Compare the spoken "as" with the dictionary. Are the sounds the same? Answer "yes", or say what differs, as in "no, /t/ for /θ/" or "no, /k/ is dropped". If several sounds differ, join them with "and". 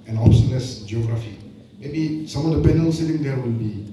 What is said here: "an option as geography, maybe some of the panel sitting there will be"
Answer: no, /s/ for /z/